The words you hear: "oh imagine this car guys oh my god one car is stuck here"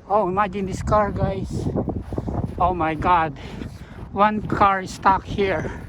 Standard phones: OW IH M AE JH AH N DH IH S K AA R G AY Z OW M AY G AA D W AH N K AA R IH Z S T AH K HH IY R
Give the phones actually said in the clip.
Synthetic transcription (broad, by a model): OW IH M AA JH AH N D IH S K AA R G AY S OW M AY G AA D W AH N K AA R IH S T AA K HH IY R